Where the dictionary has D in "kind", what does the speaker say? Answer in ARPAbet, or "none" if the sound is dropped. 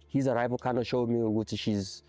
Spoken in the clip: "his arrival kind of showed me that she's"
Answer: none